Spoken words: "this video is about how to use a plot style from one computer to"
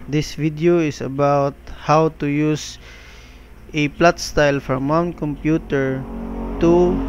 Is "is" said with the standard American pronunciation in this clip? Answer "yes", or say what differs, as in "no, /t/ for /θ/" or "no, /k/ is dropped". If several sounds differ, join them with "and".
no, /s/ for /z/